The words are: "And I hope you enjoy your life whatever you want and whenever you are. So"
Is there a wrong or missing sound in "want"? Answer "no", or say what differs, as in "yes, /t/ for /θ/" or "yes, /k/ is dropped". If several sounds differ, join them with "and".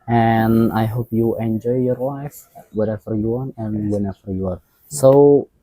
yes, /t/ is dropped